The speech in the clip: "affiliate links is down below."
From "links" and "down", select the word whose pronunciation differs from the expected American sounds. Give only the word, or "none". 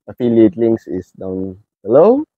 links